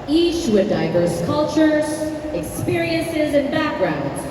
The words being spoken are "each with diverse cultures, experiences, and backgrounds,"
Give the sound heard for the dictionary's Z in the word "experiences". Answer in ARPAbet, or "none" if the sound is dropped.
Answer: Z